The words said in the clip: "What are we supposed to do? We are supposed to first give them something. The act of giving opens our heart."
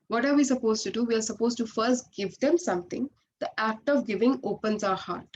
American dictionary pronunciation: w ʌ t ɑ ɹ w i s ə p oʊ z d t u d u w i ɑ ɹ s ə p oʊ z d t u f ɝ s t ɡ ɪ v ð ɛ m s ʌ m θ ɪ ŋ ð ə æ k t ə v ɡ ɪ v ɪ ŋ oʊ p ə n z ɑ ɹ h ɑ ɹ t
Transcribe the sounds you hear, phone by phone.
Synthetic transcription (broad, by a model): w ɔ t ɑ ɹ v i s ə p oʊ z t u d u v i ɑ ɹ s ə p oʊ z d t u f ɝ s t ɡ ɪ v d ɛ m s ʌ m t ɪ ŋ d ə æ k t ə v ɡ ɪ v ɪ ŋ oʊ p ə n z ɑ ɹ h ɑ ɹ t